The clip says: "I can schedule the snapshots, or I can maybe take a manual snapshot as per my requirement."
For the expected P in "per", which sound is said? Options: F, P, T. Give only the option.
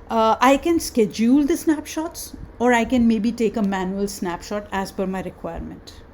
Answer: F